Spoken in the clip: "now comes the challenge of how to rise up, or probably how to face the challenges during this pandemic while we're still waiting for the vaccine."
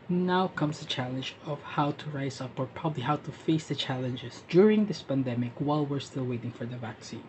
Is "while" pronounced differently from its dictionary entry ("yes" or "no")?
no